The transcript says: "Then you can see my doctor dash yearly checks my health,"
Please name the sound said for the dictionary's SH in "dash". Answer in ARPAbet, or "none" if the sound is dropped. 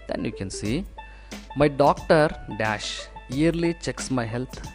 SH